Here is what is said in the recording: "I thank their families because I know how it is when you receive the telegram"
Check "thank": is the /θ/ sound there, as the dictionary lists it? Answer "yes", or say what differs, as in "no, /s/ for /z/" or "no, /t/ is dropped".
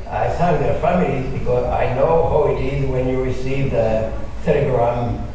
no, /s/ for /θ/